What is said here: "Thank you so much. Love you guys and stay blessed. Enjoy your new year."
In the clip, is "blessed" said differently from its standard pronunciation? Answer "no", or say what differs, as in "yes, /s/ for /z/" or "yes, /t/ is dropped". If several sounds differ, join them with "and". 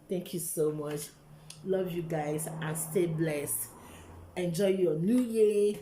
no